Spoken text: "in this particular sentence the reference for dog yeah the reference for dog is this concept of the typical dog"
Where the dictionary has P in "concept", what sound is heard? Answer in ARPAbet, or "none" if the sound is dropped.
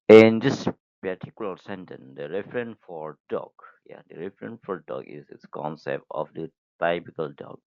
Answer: P